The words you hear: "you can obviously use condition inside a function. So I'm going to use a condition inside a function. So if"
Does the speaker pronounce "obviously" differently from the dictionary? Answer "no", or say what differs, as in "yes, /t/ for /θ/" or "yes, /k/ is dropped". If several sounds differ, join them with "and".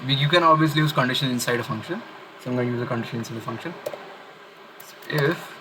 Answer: no